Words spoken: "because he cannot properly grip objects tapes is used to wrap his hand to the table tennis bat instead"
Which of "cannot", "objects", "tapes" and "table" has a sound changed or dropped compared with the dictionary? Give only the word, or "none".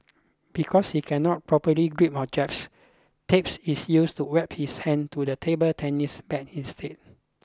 objects